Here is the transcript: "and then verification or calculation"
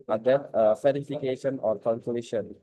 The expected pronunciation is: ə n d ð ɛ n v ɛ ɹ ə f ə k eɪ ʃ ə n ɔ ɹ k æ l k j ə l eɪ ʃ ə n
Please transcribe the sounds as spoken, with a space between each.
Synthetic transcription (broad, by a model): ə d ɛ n f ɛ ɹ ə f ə k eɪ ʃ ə n ɔ ɹ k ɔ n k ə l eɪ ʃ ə n